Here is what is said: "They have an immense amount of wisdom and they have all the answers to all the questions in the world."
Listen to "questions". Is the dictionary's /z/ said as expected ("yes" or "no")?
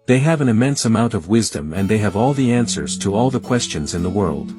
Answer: yes